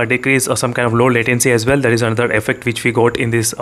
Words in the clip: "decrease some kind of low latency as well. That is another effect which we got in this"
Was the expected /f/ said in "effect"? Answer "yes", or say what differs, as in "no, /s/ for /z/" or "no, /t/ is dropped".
yes